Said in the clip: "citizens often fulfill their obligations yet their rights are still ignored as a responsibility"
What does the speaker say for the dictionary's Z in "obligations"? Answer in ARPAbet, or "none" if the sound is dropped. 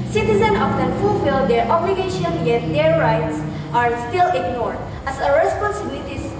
none